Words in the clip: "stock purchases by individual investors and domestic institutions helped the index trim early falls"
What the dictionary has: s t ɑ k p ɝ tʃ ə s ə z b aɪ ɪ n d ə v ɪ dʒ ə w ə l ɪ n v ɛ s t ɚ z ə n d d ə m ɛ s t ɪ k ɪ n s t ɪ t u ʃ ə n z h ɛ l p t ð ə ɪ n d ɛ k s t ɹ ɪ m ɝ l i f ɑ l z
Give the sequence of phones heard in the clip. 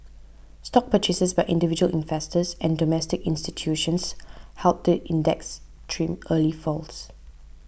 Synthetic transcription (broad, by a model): s t ɑ k p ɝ tʃ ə s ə s b aɪ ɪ n d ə v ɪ dʒ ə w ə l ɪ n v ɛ s t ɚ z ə n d d ə m ɛ s t ɪ k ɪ n s t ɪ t u ʃ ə n s h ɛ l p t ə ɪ n d ɛ k s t ɹ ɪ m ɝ l i f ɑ l s